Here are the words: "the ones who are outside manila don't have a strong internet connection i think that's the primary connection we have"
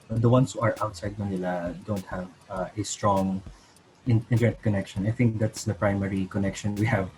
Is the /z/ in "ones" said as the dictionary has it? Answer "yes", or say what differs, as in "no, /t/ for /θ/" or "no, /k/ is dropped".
no, /s/ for /z/